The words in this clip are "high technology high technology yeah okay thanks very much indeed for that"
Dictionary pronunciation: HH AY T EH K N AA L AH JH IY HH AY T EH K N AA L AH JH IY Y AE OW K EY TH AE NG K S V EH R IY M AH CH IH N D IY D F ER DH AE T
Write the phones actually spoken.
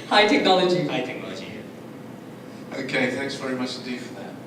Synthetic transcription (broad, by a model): HH AY T EH K N AA L AH JH IY HH AY T EH K N AA L AH JH IY OW K EY TH AE NG K S V EH R IY M AH CH IH N D IY D F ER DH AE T